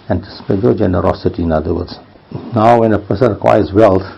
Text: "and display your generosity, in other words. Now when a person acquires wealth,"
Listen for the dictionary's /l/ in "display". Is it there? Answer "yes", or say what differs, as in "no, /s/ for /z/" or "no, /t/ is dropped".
no, /n/ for /l/